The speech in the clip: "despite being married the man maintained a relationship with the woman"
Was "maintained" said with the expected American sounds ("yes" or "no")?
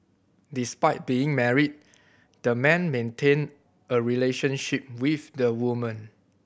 no